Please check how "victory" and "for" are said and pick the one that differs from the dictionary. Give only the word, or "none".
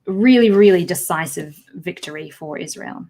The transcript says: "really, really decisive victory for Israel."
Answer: none